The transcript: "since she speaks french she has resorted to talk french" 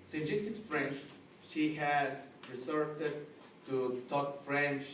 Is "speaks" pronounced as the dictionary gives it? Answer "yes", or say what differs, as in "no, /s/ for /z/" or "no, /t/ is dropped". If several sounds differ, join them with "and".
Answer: no, /p/ is dropped